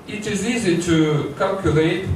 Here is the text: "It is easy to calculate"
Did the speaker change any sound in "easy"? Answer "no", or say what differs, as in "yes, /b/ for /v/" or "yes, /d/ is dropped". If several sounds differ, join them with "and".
no